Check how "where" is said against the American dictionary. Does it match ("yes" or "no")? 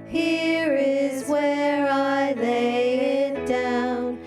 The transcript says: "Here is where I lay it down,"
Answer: yes